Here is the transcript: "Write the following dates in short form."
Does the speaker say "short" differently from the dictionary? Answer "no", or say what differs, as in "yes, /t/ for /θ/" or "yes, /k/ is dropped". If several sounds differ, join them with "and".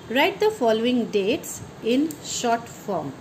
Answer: no